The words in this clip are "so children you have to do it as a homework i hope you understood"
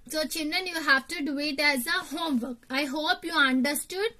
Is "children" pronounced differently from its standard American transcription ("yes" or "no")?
yes